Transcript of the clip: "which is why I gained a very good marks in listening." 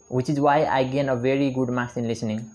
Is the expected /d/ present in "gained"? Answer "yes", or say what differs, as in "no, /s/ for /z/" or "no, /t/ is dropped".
no, /d/ is dropped